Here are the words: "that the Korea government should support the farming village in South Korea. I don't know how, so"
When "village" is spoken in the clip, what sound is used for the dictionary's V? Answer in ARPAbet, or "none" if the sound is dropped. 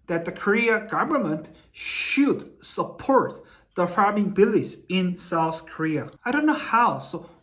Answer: B